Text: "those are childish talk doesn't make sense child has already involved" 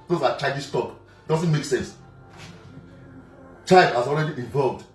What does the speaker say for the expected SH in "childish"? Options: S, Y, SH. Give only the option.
S